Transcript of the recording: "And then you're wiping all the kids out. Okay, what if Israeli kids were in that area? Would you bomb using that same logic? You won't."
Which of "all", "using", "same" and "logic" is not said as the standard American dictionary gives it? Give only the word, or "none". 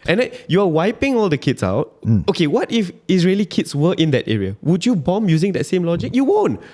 none